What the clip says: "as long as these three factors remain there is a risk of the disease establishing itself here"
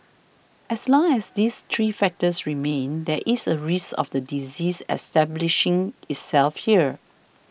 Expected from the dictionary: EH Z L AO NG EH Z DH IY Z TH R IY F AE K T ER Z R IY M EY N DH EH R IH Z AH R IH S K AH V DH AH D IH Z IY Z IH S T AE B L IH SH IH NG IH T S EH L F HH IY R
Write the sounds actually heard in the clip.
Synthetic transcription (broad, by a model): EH S L AO NG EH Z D IY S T R IY F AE K T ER S R IY M EY N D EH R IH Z AH R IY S AH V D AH D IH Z IY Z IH S T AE B L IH SH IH NG IH T S EH L F HH IY R